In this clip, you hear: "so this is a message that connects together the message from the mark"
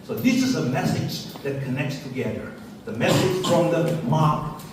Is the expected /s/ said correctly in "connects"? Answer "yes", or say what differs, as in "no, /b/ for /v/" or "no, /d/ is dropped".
yes